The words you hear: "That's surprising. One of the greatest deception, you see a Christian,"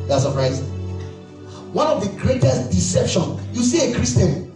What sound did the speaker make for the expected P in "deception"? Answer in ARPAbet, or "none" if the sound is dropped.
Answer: P